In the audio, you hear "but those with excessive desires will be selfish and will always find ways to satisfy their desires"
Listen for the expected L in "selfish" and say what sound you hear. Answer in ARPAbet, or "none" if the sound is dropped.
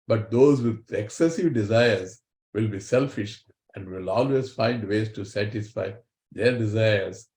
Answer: L